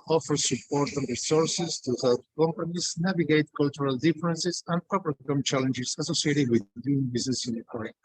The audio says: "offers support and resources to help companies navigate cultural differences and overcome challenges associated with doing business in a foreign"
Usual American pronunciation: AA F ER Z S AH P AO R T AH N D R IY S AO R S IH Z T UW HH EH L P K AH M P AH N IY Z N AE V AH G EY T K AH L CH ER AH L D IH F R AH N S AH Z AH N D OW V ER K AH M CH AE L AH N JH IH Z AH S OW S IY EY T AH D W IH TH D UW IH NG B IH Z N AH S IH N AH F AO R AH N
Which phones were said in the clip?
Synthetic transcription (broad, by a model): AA F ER S AH P AO R T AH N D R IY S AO R S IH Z T UW HH EH L P K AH M P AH N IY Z N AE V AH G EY T K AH L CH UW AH L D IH F R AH N S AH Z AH N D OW P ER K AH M CH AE L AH N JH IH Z AH S OW S IY EY T AH D W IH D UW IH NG B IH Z N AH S IH N AH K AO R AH